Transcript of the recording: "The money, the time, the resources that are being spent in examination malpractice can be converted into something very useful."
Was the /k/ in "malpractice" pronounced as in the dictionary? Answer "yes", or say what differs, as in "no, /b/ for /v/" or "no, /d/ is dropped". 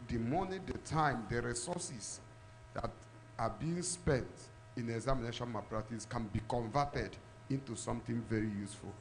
no, /k/ is dropped